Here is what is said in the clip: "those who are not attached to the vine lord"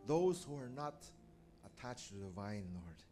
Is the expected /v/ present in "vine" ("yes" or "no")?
yes